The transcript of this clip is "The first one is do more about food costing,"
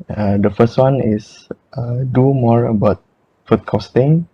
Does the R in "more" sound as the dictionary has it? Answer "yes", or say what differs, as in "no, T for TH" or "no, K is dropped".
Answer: yes